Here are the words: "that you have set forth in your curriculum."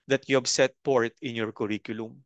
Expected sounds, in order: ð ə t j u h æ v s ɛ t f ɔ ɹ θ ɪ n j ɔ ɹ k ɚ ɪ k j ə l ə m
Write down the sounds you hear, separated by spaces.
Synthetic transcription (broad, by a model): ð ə t j u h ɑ b s ɛ t p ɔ ɹ t ɪ n j ɔ ɹ k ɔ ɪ k j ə l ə m